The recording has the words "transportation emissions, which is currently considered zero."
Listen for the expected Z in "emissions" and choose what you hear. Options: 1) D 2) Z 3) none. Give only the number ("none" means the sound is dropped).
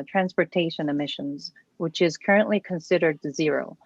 2